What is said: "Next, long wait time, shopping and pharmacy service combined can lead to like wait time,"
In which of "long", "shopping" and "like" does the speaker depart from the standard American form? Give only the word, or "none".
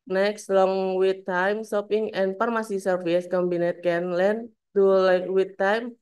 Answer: shopping